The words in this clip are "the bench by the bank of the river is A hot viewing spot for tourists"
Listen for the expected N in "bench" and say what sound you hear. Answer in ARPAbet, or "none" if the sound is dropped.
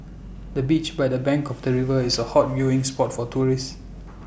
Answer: none